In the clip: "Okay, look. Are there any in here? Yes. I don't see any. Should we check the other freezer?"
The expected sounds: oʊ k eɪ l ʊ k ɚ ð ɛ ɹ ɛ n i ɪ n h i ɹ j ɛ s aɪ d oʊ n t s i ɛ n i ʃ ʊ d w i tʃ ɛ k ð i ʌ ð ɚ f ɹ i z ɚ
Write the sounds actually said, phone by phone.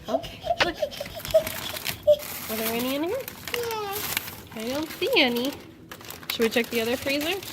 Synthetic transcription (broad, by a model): oʊ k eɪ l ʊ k ɚ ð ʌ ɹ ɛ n i ɪ n h i ɹ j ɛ aɪ d oʊ n t s i ɛ n i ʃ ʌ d w i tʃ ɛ k ð i ʌ ð ɚ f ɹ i z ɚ